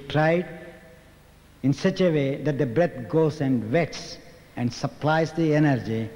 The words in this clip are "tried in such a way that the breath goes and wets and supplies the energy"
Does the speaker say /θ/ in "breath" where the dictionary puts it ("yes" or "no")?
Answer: no